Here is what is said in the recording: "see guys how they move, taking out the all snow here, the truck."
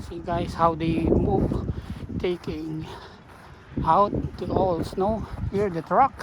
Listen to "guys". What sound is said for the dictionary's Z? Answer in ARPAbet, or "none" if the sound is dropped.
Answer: S